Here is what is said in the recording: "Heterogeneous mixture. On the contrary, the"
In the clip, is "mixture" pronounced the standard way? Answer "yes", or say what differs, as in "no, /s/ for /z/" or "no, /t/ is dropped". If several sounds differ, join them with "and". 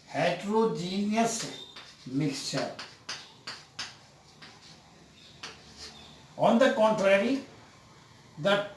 yes